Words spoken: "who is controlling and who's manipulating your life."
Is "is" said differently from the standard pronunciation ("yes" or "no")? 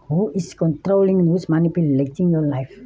yes